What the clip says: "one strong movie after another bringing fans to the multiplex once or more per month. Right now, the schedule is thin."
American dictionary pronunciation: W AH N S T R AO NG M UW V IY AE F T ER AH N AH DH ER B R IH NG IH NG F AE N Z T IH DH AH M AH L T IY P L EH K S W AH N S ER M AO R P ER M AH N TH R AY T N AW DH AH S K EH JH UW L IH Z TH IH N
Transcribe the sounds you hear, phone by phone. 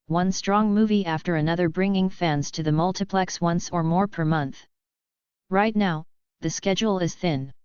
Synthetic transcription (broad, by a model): W AH N S T R AO NG M UW V IY AE F T ER AH N AH DH ER B R IH NG IH NG F AE N Z T IH DH AH M AH L T IY P L EH K S W AH N S ER M AO R P ER M AH N TH R AY T N AW DH AH S K EH JH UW L IH Z TH IH N